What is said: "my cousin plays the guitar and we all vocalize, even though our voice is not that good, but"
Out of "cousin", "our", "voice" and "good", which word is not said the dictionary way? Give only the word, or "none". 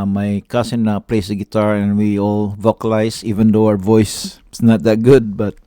cousin